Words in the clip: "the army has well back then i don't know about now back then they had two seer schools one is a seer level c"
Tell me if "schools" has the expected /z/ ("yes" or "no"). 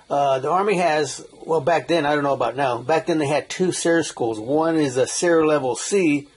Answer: yes